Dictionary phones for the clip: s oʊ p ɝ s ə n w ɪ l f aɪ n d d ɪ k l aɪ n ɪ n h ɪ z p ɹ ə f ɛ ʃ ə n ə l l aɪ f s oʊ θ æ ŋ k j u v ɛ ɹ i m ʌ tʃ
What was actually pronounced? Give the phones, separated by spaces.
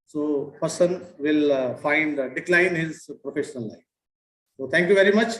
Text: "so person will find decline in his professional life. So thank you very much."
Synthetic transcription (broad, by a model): s oʊ p ɝ s ə n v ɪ l f aɪ n d d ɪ k l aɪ ɪ n h ɪ z p ɹ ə f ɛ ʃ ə n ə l l aɪ f s oʊ t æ ŋ k j u v ɛ ɹ i m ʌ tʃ